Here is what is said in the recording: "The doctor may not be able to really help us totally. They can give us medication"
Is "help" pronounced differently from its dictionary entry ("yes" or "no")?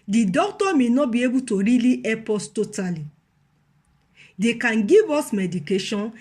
yes